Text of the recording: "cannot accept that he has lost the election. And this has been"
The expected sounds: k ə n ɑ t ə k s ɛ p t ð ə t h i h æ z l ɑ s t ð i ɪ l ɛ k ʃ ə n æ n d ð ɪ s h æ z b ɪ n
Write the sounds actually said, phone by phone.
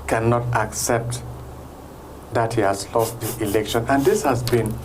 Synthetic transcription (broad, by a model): k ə n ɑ t ə k s ɛ p t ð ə t h i h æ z l ɑ s t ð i ɪ l ɛ k ʃ ə n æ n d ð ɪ s h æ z b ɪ n